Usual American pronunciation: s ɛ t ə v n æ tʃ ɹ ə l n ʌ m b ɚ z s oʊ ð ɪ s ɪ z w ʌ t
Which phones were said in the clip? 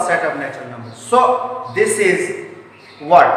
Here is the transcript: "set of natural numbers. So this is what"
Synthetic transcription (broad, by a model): s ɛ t ə v n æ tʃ ə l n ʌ m b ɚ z s oʊ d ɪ s ɪ z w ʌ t